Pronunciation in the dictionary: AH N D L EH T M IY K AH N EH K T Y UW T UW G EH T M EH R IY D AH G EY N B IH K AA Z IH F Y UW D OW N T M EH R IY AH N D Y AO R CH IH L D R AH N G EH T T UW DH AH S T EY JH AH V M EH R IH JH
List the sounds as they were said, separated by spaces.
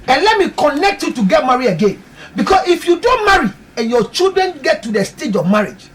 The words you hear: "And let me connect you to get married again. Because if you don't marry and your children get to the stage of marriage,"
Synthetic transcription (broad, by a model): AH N L EH T M IY K AH N EH K T Y UW T UW G EH T M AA R IY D AH G EY N B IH K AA S IH F Y UW D OW N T M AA R IY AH N Y AO CH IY L D R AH N G EH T T UW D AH S T EY JH AH V M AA R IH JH